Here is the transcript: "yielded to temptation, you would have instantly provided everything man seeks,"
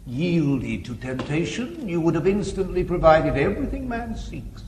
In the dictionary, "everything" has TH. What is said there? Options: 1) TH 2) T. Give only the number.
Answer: 1